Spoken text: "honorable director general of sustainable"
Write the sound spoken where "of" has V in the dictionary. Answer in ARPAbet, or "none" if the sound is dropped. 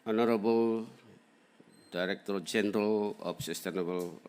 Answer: P